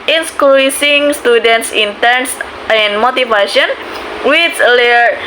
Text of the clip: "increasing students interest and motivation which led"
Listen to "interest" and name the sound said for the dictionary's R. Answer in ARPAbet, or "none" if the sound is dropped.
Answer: none